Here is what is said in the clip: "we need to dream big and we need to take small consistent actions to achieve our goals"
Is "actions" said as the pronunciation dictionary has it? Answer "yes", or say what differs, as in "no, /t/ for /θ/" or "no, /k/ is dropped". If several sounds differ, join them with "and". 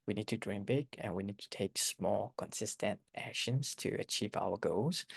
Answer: yes